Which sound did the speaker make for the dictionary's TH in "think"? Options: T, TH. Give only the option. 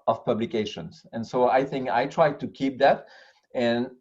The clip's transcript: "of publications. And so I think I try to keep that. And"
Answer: TH